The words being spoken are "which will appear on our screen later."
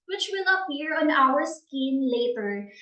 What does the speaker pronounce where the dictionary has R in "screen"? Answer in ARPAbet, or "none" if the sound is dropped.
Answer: none